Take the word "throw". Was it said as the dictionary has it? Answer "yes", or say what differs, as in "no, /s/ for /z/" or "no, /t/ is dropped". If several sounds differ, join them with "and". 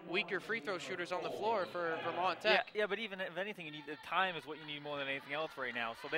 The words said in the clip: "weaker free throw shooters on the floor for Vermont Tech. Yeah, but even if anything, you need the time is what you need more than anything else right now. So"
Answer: yes